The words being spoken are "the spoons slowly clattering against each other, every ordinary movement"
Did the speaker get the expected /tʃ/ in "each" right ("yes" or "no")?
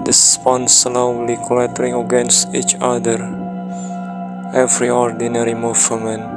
yes